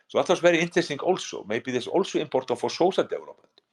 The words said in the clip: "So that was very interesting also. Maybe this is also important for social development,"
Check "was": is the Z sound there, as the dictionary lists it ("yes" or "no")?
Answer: no